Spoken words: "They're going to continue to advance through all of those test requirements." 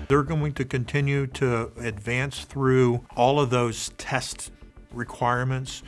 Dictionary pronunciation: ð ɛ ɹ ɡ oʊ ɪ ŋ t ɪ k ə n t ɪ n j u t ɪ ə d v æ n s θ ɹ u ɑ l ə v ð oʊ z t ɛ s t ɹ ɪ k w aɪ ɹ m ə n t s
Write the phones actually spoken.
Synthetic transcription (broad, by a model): ð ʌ ɹ ɡ oʊ ɪ ŋ t ɪ k ə n t ɪ n j u t ɪ ə d v æ n s θ ɹ u ɑ l ə v ð oʊ z t ɛ s t ɹ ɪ k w aɪ ɹ m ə n t s